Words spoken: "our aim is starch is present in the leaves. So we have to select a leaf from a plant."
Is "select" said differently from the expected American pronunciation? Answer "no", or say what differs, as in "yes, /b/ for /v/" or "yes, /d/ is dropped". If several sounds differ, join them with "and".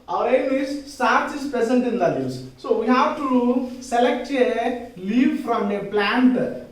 no